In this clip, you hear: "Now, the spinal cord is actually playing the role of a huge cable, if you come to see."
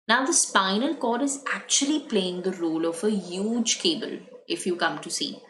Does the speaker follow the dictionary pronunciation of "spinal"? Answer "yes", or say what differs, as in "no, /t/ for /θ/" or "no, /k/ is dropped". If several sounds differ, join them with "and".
yes